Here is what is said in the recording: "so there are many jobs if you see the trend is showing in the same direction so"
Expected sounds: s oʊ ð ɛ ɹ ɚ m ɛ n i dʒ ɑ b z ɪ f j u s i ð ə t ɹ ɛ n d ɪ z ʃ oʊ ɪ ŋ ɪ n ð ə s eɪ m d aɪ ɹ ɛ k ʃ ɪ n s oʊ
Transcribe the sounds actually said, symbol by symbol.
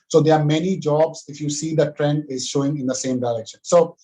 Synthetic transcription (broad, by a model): s oʊ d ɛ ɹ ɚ m ɛ n i dʒ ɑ b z ɪ f j u s i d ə t ɹ ɛ n d ɪ z ʃ oʊ ɪ ŋ ɪ n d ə s eɪ m d aɪ ɹ ɛ k ʃ ɪ n s oʊ